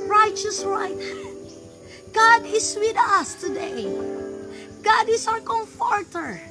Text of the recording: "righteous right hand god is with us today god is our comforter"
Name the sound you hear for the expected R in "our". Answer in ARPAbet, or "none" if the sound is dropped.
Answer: W